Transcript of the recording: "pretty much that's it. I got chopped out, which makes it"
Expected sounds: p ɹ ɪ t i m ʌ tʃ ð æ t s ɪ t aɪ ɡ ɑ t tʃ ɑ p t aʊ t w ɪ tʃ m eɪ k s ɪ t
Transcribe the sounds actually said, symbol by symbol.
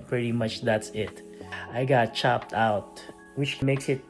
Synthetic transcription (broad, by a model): p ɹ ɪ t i m ʌ tʃ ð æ t s ɪ t aɪ ɡ ɑ t tʃ ɑ p t aʊ t w ɪ tʃ m eɪ k s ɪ t